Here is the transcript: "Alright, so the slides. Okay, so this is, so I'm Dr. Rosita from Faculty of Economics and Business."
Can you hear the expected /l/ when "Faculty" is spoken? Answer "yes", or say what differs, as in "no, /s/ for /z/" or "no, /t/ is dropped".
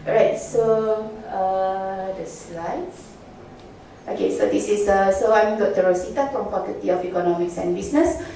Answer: no, /l/ is dropped